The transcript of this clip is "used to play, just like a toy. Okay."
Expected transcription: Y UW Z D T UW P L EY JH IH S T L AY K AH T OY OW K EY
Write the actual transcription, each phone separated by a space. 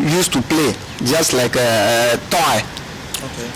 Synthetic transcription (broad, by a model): Y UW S T UW P L EY JH IH S T L AY K AH T OY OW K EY